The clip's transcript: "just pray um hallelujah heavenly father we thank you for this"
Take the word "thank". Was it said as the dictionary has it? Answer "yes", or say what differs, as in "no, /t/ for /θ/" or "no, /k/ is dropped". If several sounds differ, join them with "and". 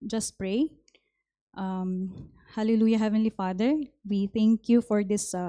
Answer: no, /t/ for /θ/